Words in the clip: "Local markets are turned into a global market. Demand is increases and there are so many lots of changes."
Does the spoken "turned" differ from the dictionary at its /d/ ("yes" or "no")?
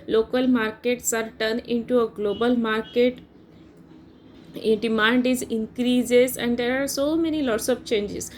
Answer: yes